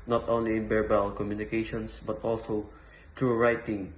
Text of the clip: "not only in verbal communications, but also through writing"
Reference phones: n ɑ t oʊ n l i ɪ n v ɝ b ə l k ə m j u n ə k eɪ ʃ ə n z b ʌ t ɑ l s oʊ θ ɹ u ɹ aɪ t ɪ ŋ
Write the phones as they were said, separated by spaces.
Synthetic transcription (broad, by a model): n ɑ t oʊ n l i ɪ n b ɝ b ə l k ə m j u n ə k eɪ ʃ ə n s b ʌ t ɑ l s oʊ t ɹ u ɹ aɪ t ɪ ŋ